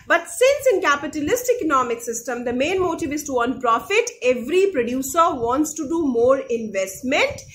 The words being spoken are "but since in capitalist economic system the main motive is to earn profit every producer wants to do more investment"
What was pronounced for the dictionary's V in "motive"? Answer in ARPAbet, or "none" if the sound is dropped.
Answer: V